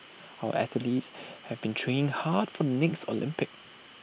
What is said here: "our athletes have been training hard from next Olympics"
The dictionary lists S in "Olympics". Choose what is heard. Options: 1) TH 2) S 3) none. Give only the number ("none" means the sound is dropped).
3